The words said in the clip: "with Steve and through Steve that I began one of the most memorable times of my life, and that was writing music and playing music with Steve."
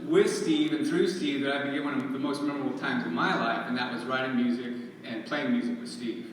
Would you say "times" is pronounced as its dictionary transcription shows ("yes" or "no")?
yes